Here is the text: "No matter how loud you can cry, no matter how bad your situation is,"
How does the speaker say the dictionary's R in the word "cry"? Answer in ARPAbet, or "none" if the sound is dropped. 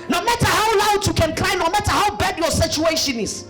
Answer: L